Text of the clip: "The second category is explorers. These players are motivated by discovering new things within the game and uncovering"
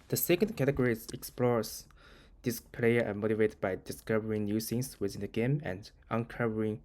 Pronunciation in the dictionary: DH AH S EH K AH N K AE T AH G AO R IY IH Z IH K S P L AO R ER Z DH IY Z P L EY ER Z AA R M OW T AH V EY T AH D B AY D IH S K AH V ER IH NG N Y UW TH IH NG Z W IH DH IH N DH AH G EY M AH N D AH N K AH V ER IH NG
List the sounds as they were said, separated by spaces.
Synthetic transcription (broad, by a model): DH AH S EH K AH N K AE T AH G AO R IY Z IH K S P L AO R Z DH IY S P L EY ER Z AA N M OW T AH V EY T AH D B AY D IH S K AH V ER IH NG N Y UW S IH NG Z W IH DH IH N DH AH G EY M AH N D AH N K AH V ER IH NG